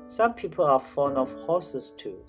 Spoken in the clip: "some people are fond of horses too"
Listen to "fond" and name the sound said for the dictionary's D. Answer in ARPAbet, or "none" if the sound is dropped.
none